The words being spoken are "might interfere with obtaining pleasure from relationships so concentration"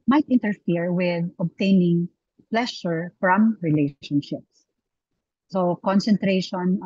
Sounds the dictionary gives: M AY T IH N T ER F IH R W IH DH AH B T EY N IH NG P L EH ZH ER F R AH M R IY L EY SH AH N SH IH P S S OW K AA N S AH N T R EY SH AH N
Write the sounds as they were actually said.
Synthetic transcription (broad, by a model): M AY T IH N T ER F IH R W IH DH AH B T EY N IH NG P L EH SH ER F R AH M R IY L EY SH AH N SH IH P S S OW K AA N S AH N T R EY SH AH N